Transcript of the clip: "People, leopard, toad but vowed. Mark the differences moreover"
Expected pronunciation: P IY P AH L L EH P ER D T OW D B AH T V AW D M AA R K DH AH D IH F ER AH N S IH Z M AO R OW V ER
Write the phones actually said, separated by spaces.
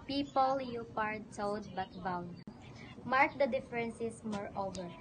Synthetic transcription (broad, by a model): P IY P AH L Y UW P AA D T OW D B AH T B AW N M AA R K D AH D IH F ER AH N S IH S M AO R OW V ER